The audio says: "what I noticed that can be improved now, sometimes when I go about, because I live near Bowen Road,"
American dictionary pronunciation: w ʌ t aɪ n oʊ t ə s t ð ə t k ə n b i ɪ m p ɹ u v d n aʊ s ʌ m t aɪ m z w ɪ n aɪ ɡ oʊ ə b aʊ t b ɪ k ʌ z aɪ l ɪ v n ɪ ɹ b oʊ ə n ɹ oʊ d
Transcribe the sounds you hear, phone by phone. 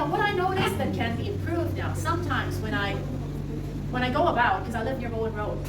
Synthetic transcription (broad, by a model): w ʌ t aɪ n oʊ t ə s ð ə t k ə n b i ɪ m p ɹ u v d n aʊ s ʌ m t aɪ m z w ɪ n aɪ ɡ oʊ ə b aʊ t k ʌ z aɪ l ɪ v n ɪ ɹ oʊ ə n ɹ oʊ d